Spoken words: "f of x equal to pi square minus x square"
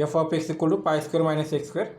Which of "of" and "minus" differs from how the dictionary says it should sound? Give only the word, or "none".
of